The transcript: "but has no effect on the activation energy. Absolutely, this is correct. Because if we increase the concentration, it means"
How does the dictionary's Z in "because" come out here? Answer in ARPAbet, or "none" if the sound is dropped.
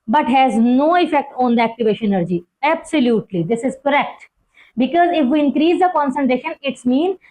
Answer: Z